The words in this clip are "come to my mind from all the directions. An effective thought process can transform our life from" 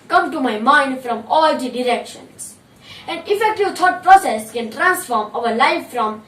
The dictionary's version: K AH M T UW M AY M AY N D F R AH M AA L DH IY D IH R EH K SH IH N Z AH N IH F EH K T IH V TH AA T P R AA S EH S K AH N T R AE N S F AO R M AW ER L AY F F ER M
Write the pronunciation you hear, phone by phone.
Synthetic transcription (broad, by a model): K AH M T UW M AY M AY N D F R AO M AA L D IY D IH R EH K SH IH N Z AH N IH F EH K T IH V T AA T P R AA S EH S K AH N T R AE N S F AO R M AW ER L AY F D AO M